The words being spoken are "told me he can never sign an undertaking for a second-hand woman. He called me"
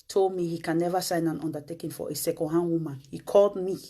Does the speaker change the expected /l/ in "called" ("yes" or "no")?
no